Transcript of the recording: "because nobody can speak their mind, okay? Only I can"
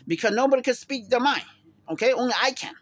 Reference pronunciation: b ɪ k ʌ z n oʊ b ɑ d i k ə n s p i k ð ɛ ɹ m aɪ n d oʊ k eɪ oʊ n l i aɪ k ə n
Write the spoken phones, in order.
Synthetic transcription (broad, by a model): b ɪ k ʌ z n oʊ b ɑ d i k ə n s p i k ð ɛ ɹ m aɪ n oʊ k eɪ oʊ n l i aɪ k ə n